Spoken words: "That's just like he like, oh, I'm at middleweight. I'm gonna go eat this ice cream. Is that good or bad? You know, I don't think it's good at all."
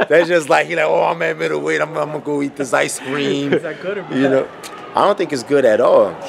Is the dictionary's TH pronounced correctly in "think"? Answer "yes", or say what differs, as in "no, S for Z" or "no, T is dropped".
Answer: yes